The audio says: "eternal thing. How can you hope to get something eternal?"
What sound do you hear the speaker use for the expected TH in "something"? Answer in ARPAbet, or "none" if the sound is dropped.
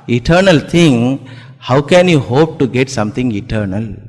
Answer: T